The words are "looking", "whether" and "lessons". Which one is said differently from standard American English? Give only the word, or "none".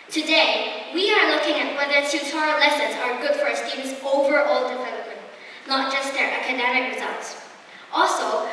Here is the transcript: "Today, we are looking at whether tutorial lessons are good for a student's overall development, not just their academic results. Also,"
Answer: none